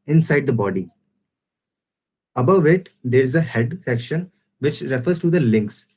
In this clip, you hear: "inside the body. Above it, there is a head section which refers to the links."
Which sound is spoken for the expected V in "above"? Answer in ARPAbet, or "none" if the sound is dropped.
V